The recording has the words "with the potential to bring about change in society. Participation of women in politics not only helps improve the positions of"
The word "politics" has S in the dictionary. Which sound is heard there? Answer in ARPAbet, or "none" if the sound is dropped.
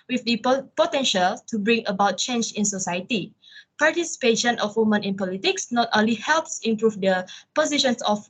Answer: S